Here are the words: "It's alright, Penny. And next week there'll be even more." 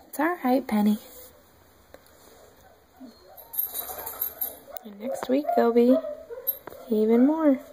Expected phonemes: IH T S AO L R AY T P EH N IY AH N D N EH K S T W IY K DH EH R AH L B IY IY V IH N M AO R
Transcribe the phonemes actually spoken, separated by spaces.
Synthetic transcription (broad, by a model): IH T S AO R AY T P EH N IY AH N N EH K S T W IY K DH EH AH L B IY IY V IH N M AO R